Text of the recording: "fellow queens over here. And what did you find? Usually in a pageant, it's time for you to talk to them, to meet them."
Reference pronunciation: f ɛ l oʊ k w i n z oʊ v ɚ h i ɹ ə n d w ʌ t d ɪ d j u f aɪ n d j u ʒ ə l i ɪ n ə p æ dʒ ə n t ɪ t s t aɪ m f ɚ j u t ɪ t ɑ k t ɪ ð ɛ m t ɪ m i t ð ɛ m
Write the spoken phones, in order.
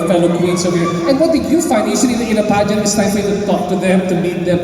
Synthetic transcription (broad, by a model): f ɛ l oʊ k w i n s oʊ w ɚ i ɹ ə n w ʌ t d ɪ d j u f aɪ n d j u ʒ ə n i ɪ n ə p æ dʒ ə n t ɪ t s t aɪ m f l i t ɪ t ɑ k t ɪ ð ɛ m t ɪ m i t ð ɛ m